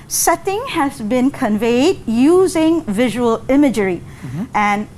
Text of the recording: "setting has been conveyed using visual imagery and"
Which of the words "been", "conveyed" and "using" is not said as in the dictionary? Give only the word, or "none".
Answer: none